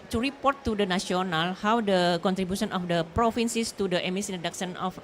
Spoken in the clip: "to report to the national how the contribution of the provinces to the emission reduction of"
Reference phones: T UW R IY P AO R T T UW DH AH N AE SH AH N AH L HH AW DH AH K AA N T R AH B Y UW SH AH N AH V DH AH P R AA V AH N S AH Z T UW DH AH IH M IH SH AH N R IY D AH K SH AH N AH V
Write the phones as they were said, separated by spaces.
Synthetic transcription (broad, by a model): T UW R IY P AO R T T UW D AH N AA S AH N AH L HH AW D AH K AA N T R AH B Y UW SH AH N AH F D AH P R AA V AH N S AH S T UW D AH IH M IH S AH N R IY D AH K S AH N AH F